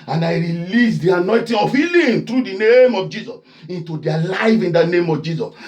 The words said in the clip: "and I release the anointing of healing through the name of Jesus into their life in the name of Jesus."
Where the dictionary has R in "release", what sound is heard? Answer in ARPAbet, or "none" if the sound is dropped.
R